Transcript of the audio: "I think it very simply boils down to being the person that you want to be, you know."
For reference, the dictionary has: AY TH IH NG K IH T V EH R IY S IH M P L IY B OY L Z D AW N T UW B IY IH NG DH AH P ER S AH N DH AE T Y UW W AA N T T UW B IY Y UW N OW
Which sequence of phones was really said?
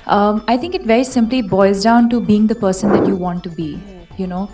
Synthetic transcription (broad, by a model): AY T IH NG K IH T V EH R IY S IH M P L IY B OY Z D AW N T UW B IY IH NG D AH P ER S AH N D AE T Y UW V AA N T T UW B IY Y UW N OW